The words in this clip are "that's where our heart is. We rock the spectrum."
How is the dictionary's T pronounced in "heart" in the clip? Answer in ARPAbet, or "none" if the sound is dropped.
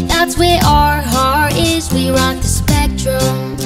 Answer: none